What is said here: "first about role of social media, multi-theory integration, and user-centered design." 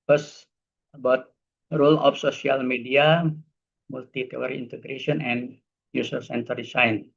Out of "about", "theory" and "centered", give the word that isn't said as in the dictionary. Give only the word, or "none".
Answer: theory